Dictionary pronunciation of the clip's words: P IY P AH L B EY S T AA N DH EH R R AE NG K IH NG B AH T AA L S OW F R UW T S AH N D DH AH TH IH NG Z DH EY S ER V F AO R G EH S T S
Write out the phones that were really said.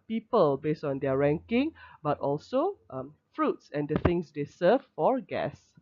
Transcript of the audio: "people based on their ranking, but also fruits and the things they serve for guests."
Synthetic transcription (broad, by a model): P IY P AH L B EY S T AA N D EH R R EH NG K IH NG B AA T AA L S OW F R UW T S AH N D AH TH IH NG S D EY S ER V F AO R G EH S S